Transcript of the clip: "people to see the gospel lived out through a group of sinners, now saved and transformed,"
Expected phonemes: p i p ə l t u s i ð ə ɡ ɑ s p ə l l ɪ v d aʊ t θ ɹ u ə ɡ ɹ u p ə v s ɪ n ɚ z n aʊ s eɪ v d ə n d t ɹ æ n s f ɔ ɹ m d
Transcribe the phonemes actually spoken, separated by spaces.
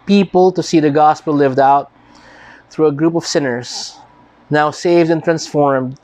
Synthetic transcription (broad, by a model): p i p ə l t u s i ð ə ɡ ɑ s p ə l l ɪ v d aʊ t θ ɹ u ə ɡ ɹ u p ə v s ɪ n ɚ s n aʊ s eɪ v d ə n t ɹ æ n s f ɔ ɹ m d